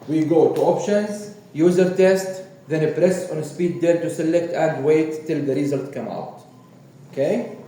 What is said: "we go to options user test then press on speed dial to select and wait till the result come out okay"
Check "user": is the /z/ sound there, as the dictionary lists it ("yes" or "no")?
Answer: yes